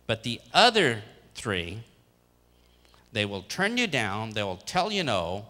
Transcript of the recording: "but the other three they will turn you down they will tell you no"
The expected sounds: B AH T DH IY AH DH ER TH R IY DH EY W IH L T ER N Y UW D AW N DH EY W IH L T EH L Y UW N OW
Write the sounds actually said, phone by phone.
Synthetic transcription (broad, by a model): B AH T DH IY AH DH ER TH R IY DH EY W IH L T ER N Y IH D AW N DH EY W IH L T EH L Y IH N OW